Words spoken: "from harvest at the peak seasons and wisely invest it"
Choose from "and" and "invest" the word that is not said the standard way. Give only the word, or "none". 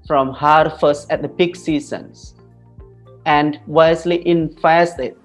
invest